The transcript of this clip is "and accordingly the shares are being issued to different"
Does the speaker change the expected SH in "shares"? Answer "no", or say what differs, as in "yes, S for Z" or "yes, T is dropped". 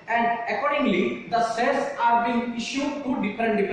yes, S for SH